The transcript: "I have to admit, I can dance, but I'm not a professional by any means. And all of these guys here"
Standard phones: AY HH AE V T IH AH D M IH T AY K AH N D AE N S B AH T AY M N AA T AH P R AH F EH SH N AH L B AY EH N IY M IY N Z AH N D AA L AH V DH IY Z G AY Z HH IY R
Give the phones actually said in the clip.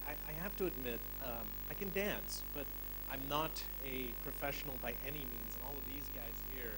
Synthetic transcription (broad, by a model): AY HH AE F T IH AH D M IH T AY K AH N D AE N S B AH T AY M N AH T AH P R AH F EH SH N L B AY EH N IY M IY N Z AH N AA L AH V DH IY Z G AY Z HH IY R